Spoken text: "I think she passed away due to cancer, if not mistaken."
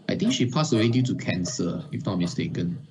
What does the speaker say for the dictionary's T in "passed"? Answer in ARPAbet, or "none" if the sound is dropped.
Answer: none